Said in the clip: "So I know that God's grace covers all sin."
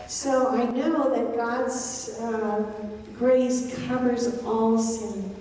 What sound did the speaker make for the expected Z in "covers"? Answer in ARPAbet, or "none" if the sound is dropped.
Z